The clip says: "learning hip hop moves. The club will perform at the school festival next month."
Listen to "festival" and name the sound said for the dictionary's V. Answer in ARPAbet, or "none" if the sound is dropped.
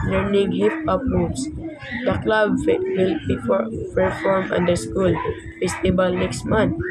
B